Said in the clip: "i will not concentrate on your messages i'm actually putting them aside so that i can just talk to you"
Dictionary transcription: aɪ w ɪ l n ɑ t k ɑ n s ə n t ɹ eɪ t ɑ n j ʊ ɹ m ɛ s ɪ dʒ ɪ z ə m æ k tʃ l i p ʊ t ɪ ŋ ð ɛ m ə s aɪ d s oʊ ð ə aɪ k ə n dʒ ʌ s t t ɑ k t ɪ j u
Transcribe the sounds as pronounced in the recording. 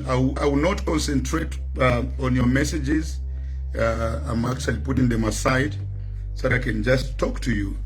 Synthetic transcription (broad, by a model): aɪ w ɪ w n ɑ t k ɑ n s ə n t ɹ eɪ t ɑ n j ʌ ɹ m ɛ s ɪ dʒ ɪ z ə m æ k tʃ l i p ʊ t ɪ ŋ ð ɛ m ə s aɪ d s oʊ ð ə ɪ k ə n dʒ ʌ s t t ɑ k t ɪ j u